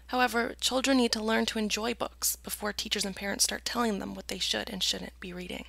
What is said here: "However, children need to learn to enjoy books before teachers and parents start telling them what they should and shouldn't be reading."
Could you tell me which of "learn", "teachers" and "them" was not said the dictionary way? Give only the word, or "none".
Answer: none